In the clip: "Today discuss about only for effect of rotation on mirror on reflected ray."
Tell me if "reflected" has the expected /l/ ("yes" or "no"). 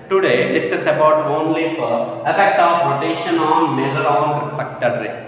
no